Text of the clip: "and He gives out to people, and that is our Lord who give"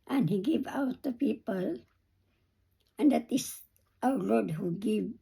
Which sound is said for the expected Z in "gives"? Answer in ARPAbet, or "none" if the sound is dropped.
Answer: none